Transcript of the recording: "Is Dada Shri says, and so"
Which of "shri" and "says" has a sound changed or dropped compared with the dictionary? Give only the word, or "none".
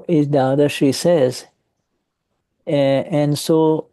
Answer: shri